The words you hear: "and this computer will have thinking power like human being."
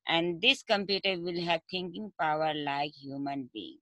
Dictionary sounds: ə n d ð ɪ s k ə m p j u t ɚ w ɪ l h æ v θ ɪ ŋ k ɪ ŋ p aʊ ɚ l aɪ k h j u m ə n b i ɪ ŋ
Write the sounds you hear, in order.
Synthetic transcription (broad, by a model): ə n d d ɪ s k ə m p j u t ɚ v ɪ l h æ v t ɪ ŋ k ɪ ŋ p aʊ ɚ l aɪ k h j u m ə n b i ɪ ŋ